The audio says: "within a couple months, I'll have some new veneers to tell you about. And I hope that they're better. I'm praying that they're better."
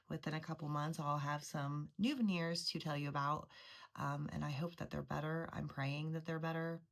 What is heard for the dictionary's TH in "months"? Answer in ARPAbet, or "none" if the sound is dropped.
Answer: TH